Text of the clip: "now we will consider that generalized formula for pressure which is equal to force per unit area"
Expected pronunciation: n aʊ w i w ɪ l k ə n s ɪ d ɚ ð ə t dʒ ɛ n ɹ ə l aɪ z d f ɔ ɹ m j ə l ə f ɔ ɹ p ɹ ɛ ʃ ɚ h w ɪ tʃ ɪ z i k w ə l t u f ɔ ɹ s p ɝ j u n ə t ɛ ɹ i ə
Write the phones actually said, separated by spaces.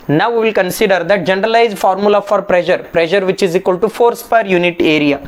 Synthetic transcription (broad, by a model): n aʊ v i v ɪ l k ə n s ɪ d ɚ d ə t dʒ ɛ n ɹ ə l aɪ z d f ɔ ɹ m j ə l ə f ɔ ɹ p ɹ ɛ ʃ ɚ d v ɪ tʃ ɪ z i k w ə l t u f ɔ ɹ s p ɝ j u n ə t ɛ ɹ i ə